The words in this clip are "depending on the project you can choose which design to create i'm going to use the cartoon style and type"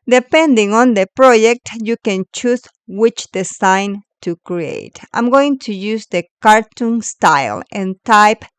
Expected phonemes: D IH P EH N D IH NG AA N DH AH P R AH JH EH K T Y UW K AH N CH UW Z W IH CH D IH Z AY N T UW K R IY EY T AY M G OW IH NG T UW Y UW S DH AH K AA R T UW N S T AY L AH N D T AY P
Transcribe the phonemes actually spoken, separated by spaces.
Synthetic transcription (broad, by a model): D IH P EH N D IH NG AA N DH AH P R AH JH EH K T Y UW K AH N CH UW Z W IH CH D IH S AY N T UW K R IY EY T AY M G OW IH NG T UW Y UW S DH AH K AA R T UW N S T AY L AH N T AY P